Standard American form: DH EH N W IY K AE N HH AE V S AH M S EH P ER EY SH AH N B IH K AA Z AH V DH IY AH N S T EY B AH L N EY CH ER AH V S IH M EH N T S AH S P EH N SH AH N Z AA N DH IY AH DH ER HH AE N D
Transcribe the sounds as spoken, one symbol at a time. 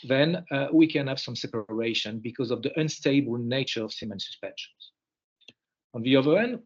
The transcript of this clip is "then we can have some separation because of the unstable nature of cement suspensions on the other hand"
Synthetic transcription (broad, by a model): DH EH N W IY K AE N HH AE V S AH M S EH P ER EY SH AH N B IH K AA Z AH V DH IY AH N S T EY B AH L N EY CH ER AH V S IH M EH N S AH S P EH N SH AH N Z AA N DH IY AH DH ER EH N D